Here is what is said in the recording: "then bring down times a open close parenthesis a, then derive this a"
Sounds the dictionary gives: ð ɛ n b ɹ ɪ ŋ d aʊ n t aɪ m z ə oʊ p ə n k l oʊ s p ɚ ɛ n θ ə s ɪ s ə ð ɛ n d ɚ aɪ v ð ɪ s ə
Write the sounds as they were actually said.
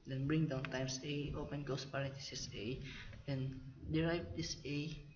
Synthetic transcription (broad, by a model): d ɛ n b ɹ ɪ ŋ d aʊ n t aɪ m s ə oʊ p ə n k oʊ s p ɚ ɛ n t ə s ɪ s ə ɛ n d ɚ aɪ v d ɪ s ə